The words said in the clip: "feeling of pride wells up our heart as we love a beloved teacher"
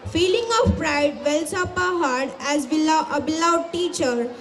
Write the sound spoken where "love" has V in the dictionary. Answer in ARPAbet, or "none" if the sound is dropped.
none